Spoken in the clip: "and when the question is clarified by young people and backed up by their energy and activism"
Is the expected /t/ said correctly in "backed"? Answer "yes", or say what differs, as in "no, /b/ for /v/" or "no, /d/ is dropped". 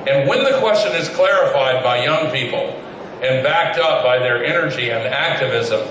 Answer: yes